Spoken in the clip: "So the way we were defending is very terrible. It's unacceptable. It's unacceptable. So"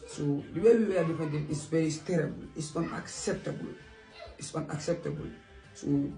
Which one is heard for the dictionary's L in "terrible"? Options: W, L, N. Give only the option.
L